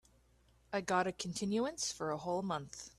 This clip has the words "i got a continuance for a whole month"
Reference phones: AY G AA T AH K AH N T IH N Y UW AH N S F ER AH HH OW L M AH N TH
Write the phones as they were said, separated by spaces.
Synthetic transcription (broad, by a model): AY G AA T AH K N T IH N Y UW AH N S F ER AH HH OW L M AH N TH